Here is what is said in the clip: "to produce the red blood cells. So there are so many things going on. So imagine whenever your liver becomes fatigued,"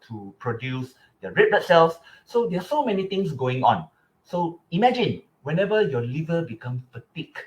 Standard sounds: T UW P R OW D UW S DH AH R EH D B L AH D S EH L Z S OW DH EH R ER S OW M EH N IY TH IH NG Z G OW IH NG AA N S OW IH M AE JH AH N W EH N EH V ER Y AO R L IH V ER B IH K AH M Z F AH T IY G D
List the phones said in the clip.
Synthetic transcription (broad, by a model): T UW P R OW D UW S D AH R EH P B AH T S EH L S S OW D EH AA S OW M EH N IY T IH NG S G OW IH NG AA N S OW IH M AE JH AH N W EH N EH V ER Y AO L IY V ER B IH K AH M F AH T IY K